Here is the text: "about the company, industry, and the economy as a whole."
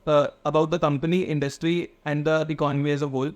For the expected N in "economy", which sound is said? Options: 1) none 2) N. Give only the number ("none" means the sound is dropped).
1